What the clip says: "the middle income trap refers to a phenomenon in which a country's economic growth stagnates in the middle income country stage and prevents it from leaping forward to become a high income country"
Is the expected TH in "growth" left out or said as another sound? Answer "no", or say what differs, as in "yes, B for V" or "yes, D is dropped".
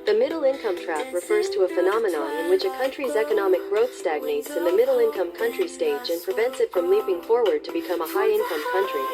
no